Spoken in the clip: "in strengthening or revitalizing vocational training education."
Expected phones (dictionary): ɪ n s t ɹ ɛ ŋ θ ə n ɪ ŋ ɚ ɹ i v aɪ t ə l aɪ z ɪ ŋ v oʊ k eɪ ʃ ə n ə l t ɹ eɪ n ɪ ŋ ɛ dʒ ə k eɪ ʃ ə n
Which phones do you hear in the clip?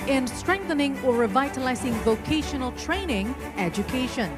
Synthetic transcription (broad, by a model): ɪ n s t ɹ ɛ ŋ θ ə n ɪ ŋ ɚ ɹ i v aɪ t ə l aɪ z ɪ ŋ v oʊ k eɪ ʃ ə n ə l t ɹ eɪ n ɪ ŋ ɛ dʒ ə k eɪ ʃ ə n